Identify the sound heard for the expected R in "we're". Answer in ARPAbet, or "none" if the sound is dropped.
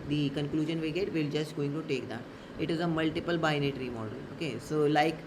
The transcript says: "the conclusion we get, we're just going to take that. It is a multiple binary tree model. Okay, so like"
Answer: L